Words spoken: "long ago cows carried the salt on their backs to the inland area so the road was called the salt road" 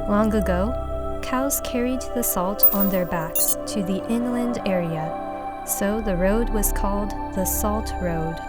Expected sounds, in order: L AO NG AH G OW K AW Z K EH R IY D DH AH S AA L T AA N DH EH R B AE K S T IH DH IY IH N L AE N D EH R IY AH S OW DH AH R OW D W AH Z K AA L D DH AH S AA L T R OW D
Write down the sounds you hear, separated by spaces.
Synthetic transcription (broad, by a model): L AO NG AH G OW K AW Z K EH R IY D DH AH S AA L T N DH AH R B AE K S T IH DH IY IH N L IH N D EH R IY AH S OW DH AH R OW D W AH Z K AA L D DH AH S AA L T R OW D